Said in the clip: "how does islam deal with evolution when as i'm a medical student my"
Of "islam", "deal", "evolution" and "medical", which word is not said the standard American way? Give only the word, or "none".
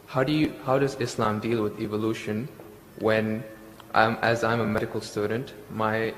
none